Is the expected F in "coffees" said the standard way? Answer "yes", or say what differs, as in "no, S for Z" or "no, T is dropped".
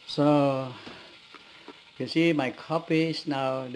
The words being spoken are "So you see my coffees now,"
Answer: no, P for F